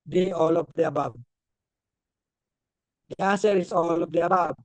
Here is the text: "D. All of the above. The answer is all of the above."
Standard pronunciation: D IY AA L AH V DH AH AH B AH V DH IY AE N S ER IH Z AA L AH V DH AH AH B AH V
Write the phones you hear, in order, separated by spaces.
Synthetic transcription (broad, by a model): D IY AA L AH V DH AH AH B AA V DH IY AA S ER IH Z AA L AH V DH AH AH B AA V